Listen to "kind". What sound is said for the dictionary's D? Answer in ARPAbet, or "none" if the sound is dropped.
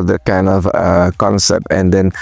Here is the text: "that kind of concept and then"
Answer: D